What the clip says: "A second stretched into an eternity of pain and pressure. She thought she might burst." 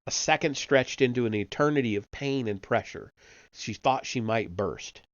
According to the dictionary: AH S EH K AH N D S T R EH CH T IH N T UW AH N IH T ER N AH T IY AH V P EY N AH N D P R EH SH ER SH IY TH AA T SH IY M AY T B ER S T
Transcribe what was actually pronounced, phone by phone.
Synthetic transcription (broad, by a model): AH S EH K AH N D S T R EH CH T IH N T UW AH N IH T ER N AH T IY AH V P EY N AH N P R EH SH ER SH IY TH AA T SH IY M AY T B ER S T